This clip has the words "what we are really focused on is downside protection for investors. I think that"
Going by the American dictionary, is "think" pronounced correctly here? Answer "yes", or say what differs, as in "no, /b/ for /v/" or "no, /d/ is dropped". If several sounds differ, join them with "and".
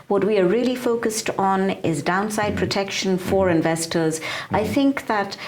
yes